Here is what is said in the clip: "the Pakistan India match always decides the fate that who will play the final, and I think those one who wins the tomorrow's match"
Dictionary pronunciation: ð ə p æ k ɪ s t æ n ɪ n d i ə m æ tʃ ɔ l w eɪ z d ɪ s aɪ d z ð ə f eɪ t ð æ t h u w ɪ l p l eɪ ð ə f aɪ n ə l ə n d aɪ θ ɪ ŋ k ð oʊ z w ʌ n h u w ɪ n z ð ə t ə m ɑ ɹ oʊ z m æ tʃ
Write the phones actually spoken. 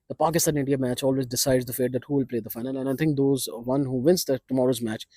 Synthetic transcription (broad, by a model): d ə p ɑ k ɪ s t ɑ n ɪ n d i ə m æ tʃ ɔ l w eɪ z d ɪ s aɪ d z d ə f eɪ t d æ t h u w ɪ l p l eɪ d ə f aɪ n ə l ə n aɪ t ɪ ŋ k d oʊ z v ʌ n h u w ɪ n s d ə t ə m ɑ ɹ oʊ z m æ tʃ